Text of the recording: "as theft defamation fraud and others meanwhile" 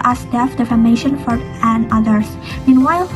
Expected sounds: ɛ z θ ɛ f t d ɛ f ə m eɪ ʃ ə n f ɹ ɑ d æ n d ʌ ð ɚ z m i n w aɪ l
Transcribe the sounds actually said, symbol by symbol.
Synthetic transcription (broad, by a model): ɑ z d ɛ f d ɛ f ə m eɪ ʃ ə n f ɑ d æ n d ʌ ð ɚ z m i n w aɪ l